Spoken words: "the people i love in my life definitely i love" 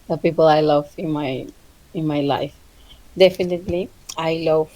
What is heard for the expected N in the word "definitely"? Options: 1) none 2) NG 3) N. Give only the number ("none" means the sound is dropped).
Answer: 3